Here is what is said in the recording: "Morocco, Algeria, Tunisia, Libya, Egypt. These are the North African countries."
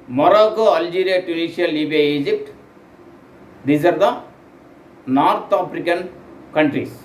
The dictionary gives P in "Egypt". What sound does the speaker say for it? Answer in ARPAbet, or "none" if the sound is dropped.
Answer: P